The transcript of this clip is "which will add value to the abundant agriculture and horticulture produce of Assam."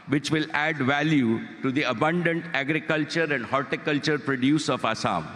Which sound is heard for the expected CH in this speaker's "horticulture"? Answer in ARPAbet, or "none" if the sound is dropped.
CH